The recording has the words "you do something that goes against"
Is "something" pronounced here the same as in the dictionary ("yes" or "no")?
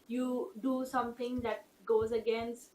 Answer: no